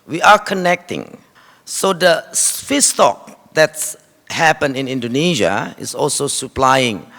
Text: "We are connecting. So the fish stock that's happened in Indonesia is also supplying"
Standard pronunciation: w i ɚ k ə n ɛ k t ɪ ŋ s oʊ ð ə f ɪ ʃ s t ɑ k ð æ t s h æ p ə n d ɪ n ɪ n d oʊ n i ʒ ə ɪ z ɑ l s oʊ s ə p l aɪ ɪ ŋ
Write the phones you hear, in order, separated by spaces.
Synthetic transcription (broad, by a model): w i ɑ k ə n ɛ k t ɪ ŋ s oʊ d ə f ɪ s t ɑ k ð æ t s h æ p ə n ɪ n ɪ n d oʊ n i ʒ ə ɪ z ɑ l s oʊ s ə p l aɪ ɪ ŋ